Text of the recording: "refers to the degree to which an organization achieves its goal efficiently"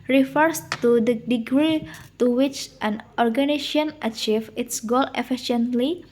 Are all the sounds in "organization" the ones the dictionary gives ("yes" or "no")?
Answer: no